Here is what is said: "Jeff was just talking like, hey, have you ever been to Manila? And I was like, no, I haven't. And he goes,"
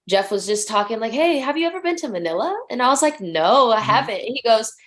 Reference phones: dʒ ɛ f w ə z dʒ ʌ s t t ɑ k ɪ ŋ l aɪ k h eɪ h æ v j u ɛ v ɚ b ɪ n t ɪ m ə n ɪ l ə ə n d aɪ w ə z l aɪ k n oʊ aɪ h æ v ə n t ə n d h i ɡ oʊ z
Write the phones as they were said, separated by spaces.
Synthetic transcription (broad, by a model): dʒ ɛ f w ə z dʒ ʌ s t t ɑ k ɪ ŋ l aɪ k h eɪ h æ v j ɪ ɛ v ɚ b ɪ n t ɪ m ə n ɪ l ə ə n aɪ w ə z l aɪ k n oʊ aɪ h æ v ə n t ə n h i ɡ oʊ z